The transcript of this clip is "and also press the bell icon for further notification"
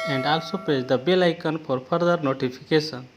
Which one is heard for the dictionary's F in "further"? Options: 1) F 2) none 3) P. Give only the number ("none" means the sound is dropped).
3